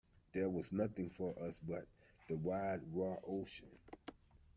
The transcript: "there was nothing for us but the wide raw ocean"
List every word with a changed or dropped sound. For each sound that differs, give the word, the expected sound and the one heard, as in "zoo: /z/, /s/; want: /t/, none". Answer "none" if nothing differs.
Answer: none